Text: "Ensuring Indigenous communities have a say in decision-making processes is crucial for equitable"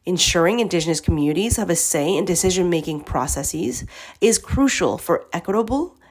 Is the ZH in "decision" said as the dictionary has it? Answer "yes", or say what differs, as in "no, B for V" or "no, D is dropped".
yes